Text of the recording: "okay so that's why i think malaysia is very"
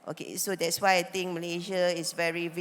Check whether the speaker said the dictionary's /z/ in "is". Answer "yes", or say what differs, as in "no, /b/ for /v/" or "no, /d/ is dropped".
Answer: no, /s/ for /z/